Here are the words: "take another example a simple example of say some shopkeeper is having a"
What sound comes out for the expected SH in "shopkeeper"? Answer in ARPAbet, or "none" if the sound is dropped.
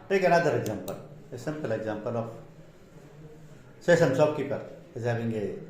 S